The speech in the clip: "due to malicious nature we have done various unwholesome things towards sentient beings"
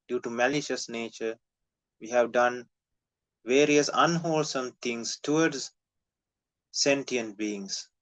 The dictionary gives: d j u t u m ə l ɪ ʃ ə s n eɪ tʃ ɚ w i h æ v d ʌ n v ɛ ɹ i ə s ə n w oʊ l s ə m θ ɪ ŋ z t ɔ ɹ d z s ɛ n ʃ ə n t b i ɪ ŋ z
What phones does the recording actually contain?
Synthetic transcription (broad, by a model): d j u t u m ə l ɪ ʃ ə s n eɪ tʃ ɚ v i h æ v d ʌ n v ɛ ɹ i ə s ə n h oʊ l s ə m t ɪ ŋ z t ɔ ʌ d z s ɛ n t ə n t b i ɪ ŋ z